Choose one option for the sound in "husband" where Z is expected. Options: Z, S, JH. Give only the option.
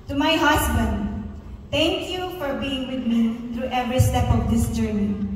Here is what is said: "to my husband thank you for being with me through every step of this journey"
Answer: S